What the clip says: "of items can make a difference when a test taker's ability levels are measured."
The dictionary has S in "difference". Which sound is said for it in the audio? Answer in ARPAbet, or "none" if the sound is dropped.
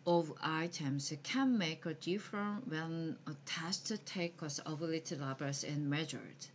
none